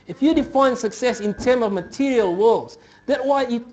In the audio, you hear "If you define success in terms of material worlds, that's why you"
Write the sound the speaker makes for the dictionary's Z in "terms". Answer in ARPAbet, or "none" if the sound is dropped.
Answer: none